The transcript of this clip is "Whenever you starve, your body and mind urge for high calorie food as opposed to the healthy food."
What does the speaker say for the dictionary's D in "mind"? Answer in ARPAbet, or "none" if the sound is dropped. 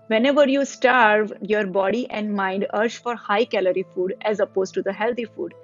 D